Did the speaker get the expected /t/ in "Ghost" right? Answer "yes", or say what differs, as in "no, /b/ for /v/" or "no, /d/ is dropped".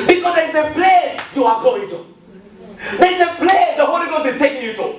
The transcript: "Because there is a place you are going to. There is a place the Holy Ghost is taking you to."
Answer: no, /t/ is dropped